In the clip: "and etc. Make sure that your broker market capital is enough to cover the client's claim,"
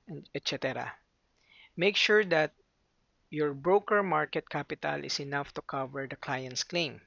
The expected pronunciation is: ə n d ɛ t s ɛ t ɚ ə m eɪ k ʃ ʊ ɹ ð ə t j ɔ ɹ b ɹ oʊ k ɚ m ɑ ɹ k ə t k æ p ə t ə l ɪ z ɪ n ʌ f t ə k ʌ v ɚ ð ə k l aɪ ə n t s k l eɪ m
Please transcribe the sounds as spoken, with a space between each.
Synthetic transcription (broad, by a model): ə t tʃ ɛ t ɛ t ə m eɪ k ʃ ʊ ɹ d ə t j ɔ ɹ b ɹ oʊ k ɚ m ɑ ɹ k ə t k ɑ p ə t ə l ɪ s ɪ n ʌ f t ə k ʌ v ɚ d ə k l aɪ ə n t s k l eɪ m